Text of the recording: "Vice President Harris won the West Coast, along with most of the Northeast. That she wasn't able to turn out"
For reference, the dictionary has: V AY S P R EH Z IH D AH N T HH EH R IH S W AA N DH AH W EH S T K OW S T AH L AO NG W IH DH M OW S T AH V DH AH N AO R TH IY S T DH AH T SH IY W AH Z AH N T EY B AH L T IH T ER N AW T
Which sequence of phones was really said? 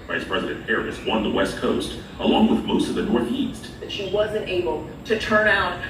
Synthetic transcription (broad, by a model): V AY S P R EH Z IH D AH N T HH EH R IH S W AA N DH AH W EH S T K OW S T AH L AO NG W IH DH M OW S T AH V DH AH N AO R TH IY S T DH AH T SH IY W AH Z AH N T EY B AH L T IH T ER N AW T